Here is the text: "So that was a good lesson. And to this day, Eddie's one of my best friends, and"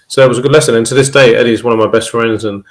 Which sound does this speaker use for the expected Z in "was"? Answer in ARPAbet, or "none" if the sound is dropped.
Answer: Z